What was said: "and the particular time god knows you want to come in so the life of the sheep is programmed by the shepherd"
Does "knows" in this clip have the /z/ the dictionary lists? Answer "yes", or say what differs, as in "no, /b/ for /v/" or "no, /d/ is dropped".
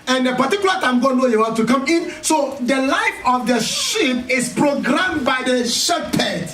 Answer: no, /z/ is dropped